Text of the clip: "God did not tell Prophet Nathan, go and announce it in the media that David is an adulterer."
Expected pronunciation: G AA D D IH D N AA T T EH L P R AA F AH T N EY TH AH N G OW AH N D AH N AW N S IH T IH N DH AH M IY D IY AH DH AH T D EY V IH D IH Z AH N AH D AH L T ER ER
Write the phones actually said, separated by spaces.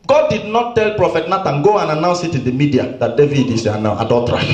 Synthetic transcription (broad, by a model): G AA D D IH D N AA T T EH L P R AA F AH T N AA T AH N G OW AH N AH N AW N S IH T IH N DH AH M IY D IY AH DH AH T D EY V IH D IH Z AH N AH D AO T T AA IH